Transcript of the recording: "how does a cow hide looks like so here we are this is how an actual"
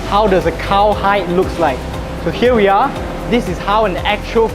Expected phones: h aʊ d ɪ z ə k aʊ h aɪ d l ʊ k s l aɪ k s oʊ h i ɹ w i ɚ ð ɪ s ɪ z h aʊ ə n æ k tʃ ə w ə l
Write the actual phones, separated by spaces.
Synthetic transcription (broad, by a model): h aʊ d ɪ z ə k aʊ h aɪ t l ʊ k s l aɪ k s oʊ h i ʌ w i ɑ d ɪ s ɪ s h aʊ ə n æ k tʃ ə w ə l